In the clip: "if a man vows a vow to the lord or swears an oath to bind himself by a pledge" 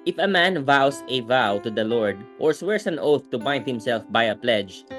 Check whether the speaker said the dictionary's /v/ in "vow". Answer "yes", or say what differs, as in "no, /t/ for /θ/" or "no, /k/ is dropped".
yes